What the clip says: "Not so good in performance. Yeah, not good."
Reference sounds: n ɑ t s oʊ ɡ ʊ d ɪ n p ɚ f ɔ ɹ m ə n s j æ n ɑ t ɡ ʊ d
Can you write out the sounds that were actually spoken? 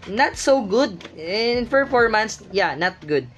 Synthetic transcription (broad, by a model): n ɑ t s oʊ ɡ ʊ d ɪ n f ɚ f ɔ ɹ m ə n s j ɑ n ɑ t ɡ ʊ d